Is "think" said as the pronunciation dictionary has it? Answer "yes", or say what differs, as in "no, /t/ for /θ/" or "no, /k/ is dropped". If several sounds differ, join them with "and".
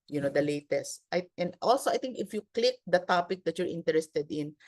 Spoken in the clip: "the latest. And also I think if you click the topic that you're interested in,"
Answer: no, /t/ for /θ/